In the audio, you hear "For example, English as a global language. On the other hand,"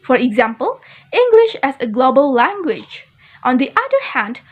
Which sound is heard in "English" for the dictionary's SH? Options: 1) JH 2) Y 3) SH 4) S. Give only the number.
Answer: 3